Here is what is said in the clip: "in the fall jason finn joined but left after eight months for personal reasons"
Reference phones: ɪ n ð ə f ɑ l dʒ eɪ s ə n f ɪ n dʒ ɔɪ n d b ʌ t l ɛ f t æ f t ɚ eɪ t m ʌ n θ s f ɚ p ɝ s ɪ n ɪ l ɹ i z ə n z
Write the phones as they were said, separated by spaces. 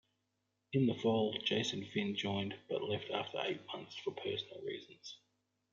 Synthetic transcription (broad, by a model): ɪ n ð ə f ɑ l dʒ eɪ s ə n f ɪ n dʒ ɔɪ n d b ʌ t l ɛ f t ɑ f t ɚ eɪ t m ʌ n θ s f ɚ p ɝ s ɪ n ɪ l ɹ i z ə n z